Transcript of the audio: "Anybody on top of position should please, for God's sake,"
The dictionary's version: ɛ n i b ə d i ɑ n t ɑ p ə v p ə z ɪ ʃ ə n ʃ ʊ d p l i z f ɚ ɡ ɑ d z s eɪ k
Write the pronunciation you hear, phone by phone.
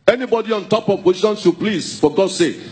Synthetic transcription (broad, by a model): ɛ n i b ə d i ɑ n t ɑ p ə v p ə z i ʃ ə n s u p l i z f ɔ ɡ ɑ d s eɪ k